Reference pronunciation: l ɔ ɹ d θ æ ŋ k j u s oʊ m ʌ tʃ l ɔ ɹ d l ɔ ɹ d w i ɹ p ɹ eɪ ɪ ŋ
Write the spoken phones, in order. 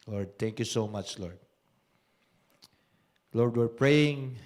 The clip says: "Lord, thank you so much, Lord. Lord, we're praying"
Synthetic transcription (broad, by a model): l ɔ ɹ d t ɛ ŋ k j u s oʊ m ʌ tʃ l ɔ ɹ d l ɔ ɹ d w i ɹ p ɹ eɪ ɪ ŋ